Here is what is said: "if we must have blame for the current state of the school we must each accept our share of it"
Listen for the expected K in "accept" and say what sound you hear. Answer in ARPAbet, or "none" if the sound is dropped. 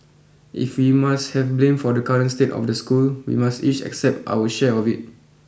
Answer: K